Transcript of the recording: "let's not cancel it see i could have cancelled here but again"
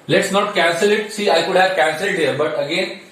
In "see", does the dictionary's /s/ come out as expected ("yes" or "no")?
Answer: yes